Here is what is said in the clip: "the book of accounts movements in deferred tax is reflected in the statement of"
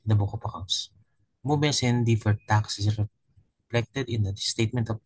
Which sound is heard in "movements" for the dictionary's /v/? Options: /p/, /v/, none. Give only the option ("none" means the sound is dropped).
none